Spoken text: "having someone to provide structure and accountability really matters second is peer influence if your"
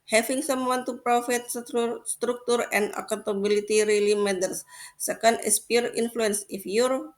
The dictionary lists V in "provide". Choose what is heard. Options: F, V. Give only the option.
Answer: F